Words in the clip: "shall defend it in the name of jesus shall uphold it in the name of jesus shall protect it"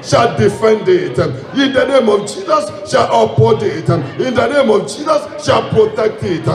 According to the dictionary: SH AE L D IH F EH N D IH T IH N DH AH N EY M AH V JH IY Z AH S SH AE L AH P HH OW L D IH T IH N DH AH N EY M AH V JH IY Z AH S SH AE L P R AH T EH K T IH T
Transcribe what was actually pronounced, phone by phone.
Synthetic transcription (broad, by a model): SH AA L D IH F EH N D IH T IH N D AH N EY M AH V JH IY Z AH S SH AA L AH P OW D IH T IH N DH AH N EY M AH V JH IY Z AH S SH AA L P R AH T EH K T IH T